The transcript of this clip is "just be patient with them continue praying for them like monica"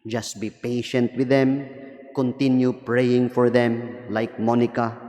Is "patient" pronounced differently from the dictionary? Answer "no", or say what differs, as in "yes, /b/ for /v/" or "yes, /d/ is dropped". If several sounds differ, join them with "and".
no